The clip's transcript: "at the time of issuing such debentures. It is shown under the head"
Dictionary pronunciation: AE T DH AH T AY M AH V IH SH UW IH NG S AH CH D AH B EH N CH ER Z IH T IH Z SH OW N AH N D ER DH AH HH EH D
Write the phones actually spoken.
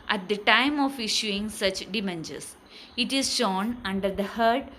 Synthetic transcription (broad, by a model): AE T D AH T AY M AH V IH SH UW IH NG S AH CH D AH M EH N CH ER S IH T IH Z SH OW N AH N D ER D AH HH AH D